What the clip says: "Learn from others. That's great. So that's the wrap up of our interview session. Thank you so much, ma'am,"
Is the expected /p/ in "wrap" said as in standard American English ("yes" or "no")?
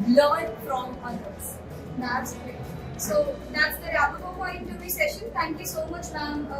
no